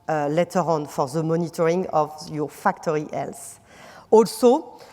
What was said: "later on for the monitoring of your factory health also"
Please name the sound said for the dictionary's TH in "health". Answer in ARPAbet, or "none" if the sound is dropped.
S